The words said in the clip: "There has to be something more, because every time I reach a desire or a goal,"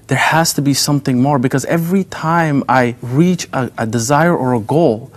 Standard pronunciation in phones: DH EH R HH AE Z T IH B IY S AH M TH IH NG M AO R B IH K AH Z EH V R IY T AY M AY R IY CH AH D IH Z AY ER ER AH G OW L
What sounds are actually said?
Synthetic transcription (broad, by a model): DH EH R HH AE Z T IH B IY S AH M TH IH NG M AO R B IH K AH Z EH V R IY T AY M AY R IY CH AH D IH Z AY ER ER AH G OW L